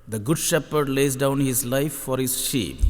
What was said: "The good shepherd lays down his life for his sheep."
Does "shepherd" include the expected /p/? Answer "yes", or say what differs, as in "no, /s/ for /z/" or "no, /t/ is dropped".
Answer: yes